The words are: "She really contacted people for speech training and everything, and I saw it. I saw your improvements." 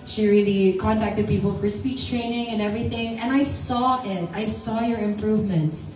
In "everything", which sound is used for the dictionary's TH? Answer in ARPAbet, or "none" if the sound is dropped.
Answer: TH